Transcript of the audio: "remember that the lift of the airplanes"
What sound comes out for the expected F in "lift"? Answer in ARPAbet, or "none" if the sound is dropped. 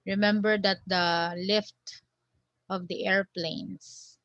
F